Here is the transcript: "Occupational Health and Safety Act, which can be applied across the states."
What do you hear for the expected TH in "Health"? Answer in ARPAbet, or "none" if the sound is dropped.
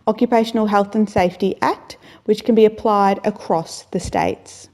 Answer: TH